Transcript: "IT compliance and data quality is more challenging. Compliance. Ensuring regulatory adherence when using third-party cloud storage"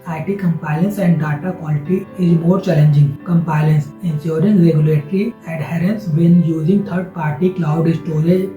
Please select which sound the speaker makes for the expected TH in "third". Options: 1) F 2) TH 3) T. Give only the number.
3